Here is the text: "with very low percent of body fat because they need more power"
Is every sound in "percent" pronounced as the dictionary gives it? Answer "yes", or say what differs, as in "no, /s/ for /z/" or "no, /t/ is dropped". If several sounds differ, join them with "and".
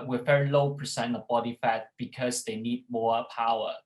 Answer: no, /t/ is dropped